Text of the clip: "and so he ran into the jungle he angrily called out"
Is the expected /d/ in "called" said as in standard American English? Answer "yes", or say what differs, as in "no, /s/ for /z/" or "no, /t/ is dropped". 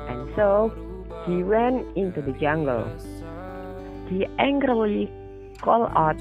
no, /d/ is dropped